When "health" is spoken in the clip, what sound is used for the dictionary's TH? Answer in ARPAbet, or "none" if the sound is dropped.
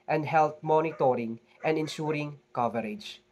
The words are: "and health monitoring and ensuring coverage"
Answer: T